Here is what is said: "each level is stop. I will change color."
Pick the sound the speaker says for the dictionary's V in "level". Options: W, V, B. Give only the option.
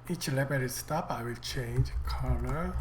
B